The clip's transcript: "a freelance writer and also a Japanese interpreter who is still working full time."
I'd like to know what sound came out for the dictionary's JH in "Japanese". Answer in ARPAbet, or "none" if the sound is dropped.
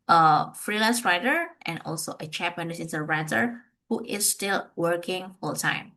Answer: CH